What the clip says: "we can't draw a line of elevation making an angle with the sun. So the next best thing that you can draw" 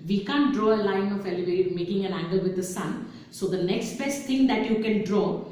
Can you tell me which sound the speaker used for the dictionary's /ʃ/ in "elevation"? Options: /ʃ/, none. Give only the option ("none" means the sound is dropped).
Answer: none